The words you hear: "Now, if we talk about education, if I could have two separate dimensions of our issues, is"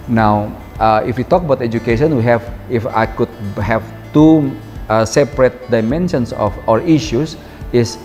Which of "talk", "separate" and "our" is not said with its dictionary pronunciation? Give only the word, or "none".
none